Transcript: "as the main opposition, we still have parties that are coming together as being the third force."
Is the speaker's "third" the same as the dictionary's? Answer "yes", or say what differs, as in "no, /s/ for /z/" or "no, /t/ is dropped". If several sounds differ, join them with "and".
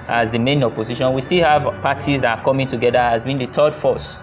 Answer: no, /t/ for /θ/